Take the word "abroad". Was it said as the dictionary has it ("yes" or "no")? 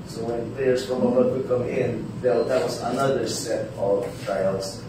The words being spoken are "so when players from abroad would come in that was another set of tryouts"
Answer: no